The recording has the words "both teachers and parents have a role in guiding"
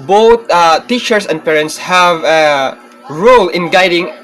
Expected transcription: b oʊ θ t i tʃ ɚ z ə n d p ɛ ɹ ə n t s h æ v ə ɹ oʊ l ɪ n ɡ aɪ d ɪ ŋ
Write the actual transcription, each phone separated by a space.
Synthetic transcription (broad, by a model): b oʊ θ t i tʃ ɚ s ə n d p ɛ ɹ ə n t s h æ v ə ɹ oʊ l ɪ n ɡ aɪ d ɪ ŋ